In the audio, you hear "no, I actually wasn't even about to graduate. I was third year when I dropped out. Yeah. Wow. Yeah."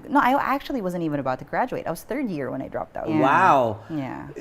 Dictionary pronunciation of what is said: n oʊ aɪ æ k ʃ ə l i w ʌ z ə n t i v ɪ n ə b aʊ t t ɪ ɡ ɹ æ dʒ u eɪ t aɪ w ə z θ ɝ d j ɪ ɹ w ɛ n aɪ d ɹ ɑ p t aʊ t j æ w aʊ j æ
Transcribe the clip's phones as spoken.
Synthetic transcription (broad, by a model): n oʊ aɪ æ k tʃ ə l i w ʌ z ə n t i v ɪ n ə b aʊ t t ɪ ɡ ɹ æ dʒ u eɪ t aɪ w ə z θ ɝ d j ɪ ɹ w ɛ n aɪ d ɹ ɑ p t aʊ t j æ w aʊ j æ